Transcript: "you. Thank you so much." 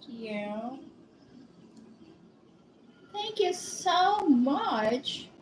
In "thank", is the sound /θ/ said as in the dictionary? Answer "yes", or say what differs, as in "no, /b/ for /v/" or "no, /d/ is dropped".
yes